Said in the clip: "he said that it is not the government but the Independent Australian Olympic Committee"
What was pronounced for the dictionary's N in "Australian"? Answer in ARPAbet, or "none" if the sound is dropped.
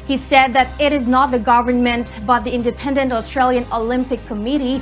N